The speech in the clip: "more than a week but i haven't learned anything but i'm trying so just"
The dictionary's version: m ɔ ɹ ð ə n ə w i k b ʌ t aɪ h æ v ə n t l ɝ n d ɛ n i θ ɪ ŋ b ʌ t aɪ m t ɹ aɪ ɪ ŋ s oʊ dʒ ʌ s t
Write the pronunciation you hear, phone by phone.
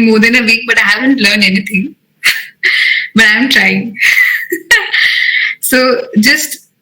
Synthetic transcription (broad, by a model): m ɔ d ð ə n ə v i k b ʌ t aɪ h æ v ə n t l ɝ n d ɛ n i t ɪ ŋ b ʌ t aɪ m t ɹ aɪ ɪ ŋ s oʊ dʒ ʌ s t